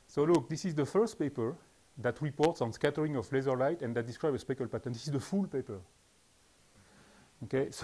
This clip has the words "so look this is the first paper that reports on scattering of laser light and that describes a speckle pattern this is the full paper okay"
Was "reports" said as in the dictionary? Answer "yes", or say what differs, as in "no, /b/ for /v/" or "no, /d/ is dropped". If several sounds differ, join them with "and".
yes